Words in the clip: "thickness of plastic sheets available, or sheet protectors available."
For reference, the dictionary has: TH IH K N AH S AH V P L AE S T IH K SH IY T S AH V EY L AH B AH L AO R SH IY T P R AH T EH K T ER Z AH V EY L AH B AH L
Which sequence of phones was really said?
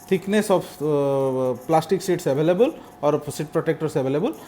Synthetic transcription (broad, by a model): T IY K N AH S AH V P L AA S T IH K S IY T S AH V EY L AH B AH L AO R S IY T P R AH T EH K T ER S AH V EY L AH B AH L